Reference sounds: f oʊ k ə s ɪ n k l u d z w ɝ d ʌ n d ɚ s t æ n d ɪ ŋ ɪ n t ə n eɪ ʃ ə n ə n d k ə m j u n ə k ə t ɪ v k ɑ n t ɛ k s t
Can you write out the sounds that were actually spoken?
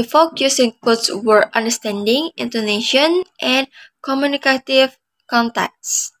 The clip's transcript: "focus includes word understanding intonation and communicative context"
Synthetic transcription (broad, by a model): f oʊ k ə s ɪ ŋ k ɔ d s w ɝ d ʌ n d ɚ s t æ n d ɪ ŋ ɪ n t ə n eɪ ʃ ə n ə n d k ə m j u n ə k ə t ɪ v k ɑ n t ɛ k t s